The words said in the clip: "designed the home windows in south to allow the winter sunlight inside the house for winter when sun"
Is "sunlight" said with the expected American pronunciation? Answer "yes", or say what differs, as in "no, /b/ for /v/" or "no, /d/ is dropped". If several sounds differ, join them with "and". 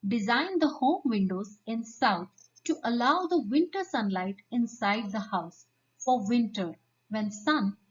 yes